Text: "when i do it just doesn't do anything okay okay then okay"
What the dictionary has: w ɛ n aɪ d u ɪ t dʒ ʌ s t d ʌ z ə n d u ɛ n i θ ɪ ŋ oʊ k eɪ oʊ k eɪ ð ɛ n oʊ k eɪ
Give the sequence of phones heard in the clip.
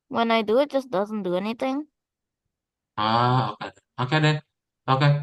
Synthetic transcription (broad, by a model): w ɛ n aɪ d u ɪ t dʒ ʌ s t d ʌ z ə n d u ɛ n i t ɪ ŋ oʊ k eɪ oʊ k eɪ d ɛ oʊ k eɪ